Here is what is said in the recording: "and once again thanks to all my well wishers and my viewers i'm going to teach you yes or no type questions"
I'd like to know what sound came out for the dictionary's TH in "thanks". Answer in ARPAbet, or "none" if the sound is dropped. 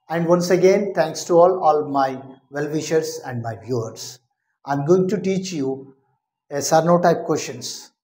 T